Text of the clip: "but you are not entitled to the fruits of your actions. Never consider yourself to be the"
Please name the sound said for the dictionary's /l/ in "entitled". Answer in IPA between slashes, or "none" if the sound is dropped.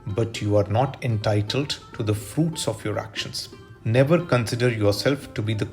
/l/